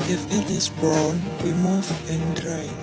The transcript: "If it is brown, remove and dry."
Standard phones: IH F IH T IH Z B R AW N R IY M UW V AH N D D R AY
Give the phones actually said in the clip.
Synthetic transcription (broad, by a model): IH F IH T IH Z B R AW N W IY M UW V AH N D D R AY